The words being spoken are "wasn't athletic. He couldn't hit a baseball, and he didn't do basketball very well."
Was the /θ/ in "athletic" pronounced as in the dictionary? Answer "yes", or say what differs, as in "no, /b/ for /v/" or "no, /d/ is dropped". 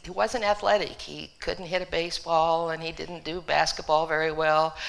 yes